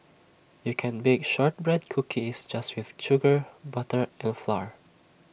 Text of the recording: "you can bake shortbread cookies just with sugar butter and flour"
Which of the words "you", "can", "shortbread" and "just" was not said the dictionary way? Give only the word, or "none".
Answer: none